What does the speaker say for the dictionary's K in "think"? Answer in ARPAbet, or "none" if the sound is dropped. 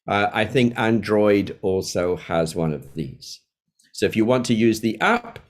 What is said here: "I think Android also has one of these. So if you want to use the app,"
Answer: K